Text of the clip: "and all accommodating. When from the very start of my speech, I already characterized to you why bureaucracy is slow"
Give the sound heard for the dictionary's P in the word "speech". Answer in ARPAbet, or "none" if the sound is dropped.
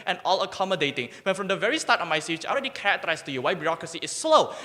none